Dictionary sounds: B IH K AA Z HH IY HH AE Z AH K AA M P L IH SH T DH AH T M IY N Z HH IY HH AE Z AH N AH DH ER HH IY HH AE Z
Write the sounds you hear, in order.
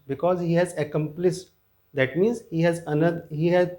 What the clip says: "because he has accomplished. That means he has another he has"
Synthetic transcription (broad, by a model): B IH K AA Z HH IY HH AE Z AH K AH M P L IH S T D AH T M IY N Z HH IY HH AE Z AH N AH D HH IY HH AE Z